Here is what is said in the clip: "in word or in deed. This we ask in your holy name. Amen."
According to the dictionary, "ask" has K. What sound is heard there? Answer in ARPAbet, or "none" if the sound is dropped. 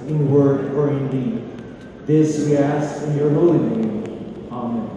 none